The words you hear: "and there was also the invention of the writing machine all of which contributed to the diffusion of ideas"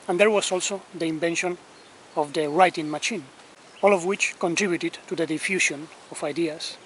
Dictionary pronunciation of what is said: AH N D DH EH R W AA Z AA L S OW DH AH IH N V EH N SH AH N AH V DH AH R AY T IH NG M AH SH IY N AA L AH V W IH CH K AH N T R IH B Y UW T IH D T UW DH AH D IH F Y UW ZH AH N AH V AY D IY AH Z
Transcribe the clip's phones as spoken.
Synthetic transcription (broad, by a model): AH N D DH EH R W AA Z AA L S OW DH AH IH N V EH N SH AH N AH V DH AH R AY T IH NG M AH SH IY N AA L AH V W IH CH K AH N T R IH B Y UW T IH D T UW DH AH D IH F Y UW SH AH N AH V AY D IY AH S